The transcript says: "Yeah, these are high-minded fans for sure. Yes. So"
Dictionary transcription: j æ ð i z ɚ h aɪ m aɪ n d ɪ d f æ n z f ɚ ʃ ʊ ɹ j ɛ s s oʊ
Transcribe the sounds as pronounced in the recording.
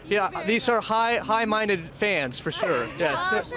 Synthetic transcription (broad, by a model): j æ ð i z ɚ h aɪ m aɪ n d ɪ d f æ n z f ɚ ʃ ʊ ɹ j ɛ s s